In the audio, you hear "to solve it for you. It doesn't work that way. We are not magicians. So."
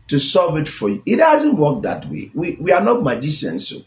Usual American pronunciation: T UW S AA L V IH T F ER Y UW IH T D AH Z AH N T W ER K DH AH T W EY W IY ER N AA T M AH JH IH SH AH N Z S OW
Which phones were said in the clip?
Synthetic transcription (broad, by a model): T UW S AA V IH T F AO Y UW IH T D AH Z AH N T W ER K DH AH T W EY W IY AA N AA T M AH JH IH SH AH N S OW